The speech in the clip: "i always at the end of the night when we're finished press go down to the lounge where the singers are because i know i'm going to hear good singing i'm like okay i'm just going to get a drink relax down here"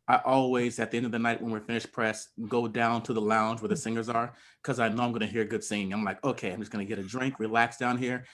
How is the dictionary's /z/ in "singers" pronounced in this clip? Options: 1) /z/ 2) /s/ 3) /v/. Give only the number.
1